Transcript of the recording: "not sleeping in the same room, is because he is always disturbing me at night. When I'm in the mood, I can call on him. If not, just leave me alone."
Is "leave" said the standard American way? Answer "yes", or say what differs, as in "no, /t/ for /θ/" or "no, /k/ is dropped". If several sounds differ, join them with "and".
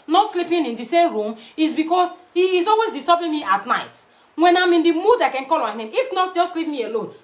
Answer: no, /p/ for /v/